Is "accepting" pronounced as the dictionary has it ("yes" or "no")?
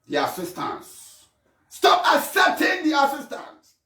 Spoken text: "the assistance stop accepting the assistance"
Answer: no